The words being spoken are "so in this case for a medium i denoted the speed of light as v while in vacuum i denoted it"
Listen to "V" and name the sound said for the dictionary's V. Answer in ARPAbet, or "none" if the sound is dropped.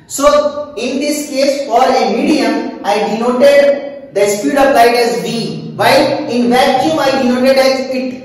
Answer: B